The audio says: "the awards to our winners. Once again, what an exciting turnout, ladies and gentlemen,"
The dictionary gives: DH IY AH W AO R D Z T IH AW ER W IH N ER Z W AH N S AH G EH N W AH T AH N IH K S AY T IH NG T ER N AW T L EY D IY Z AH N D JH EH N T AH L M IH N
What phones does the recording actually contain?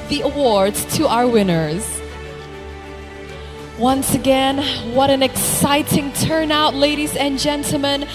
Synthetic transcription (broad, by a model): DH IY AH W AO R D Z T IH AW ER W IH N ER Z W AH N S AH G EH N W AH T AH N IH K S AY T IH NG T ER N AW T L EY D IY Z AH N JH EH N T L M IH N